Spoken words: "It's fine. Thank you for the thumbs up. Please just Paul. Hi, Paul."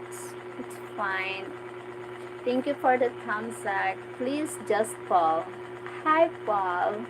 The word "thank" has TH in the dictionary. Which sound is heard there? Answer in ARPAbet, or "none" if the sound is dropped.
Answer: T